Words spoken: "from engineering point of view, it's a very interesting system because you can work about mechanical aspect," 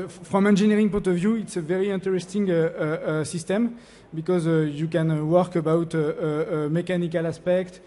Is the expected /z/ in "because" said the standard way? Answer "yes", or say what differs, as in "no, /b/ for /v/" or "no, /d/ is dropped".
yes